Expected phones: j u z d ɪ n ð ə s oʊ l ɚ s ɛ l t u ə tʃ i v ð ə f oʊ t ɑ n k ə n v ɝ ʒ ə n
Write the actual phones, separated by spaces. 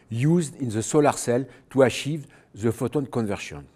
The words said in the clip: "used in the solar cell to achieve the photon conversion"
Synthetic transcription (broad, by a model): j u z d ɪ n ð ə s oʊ l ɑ s ɛ l t u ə ʃ i v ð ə f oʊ t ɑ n k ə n v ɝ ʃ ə n